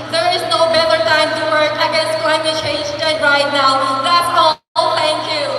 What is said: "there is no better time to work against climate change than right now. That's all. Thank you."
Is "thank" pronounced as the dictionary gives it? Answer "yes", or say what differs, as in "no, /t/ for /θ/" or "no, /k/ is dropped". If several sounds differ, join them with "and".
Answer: no, /t/ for /θ/